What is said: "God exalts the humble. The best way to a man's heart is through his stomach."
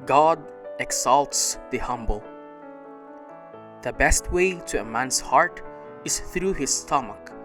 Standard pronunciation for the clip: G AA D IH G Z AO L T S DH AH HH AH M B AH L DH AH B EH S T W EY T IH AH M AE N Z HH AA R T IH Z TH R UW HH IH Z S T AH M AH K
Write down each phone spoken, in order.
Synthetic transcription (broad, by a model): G AA D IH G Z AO L T S DH AH HH AH M B AH L DH AH B EH S T W EY T IH AH M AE N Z HH AA R T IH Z TH R UW HH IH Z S T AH M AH K